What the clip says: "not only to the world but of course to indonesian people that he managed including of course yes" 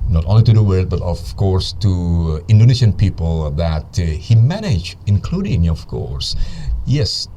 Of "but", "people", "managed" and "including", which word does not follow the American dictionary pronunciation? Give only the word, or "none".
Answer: managed